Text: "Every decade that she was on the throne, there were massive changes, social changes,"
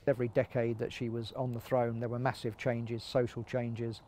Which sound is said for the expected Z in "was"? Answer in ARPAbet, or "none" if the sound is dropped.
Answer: Z